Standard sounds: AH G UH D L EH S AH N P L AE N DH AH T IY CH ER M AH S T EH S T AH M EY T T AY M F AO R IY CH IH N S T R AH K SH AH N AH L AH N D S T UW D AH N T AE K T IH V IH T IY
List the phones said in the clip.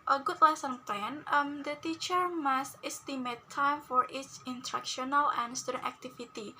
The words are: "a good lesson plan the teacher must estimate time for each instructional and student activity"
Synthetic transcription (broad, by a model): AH G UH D L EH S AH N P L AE N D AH T IY CH ER M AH S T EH S T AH M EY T T AY M F AO R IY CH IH N T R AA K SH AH N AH L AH N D S T UW D AH N T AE K T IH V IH T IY